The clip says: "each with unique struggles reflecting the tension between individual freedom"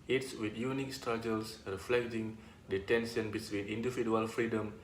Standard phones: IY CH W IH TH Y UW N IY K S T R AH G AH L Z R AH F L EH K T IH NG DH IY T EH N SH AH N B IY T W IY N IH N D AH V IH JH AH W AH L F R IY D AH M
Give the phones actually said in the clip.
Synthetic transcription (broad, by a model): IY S W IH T Y UW N IY K S T R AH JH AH L S R AH F L EH K T IH NG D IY T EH N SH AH N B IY S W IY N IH N D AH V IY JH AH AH L F R IY D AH M